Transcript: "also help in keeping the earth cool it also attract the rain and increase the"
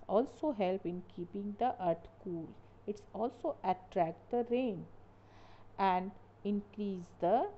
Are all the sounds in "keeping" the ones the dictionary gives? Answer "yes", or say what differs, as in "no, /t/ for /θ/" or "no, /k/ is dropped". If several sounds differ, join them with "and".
yes